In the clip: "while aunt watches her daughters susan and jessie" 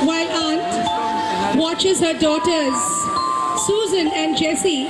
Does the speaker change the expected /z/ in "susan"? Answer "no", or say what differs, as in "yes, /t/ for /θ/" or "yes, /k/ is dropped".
no